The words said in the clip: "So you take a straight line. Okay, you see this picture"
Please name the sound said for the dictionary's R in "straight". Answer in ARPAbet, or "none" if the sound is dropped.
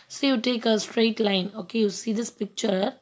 R